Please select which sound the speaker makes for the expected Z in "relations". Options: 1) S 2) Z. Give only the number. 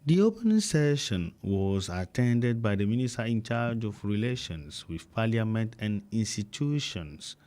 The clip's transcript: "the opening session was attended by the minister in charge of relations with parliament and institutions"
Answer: 1